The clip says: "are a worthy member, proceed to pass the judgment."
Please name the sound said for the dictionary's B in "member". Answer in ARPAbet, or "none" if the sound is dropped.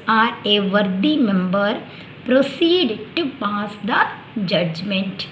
B